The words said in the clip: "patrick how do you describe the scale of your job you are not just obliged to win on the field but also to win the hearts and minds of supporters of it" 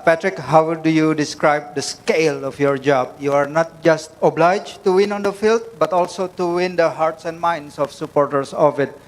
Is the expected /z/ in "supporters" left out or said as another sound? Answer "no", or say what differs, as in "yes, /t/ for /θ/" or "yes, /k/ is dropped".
yes, /s/ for /z/